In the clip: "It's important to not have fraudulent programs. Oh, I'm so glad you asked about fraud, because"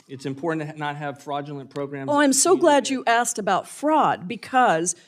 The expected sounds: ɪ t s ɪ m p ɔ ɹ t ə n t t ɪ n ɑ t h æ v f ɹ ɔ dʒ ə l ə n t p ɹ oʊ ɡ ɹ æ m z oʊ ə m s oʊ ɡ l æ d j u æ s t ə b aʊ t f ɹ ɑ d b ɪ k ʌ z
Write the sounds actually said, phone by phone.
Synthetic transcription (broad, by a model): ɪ t s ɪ m p ɔ ɹ t n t t ɪ n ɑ t h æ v f ɹ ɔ dʒ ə l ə n p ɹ oʊ ɡ ɹ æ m ɑ ə m s oʊ ɡ l æ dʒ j æ s t ə b aʊ t f ɹ ɑ d b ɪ k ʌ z